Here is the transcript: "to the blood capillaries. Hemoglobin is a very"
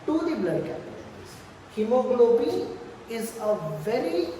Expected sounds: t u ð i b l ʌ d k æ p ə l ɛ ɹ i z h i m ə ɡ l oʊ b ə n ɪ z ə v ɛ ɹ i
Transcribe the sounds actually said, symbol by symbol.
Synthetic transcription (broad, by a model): t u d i b l ʌ d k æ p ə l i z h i m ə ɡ l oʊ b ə ɪ z ə v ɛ ɹ i